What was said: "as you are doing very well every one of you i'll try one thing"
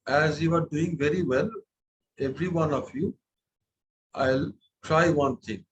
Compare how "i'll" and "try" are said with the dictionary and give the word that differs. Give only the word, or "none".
none